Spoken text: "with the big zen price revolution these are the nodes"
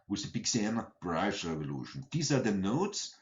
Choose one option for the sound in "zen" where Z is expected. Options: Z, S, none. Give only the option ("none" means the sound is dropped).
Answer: S